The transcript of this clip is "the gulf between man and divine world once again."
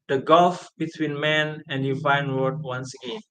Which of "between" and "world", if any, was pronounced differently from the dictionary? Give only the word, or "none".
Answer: world